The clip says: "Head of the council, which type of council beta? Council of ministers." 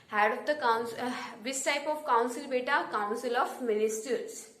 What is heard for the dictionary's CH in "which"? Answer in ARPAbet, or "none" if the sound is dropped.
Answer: S